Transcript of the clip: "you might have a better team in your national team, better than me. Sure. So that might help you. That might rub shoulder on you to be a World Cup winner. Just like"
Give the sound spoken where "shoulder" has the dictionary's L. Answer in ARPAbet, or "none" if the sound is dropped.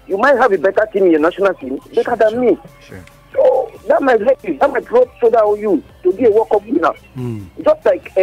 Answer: none